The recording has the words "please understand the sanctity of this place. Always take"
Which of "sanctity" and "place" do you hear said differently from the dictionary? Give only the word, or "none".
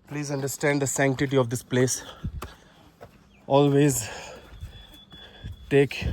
none